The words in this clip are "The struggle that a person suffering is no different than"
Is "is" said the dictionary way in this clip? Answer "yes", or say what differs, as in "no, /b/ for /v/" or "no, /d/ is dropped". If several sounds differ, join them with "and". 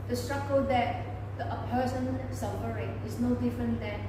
no, /s/ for /z/